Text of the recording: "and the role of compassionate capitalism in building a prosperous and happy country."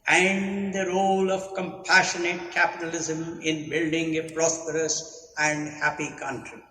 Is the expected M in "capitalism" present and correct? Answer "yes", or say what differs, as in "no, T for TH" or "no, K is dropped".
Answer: yes